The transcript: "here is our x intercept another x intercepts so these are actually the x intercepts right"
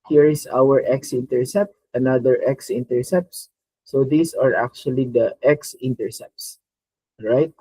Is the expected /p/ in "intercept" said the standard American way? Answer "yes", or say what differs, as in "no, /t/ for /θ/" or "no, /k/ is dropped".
yes